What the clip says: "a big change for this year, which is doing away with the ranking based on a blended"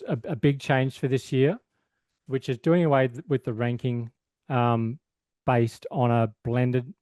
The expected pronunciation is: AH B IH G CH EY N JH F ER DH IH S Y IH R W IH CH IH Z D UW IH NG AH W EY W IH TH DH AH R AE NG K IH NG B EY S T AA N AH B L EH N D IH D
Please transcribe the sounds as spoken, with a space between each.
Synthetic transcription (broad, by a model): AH B IH G CH EY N ZH F ER DH IH S Y IH R W IH CH IH Z D UW IH NG AH W EY W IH DH AH R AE NG K IH NG B EY S T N AH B L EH N D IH D